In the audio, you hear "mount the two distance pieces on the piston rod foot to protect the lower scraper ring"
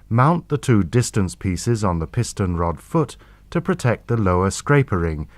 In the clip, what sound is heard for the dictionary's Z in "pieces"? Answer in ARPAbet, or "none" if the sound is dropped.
Z